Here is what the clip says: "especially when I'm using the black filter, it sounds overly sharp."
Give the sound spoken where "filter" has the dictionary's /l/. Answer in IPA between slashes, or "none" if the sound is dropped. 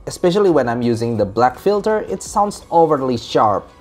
/l/